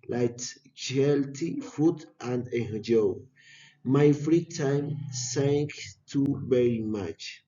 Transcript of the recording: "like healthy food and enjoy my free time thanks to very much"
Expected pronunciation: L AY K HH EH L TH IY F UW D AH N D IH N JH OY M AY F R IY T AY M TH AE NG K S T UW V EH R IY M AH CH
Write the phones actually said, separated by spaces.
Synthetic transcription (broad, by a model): L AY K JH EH L T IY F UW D AH N D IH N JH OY M AY F R IY T AY M S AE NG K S T UW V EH R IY M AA CH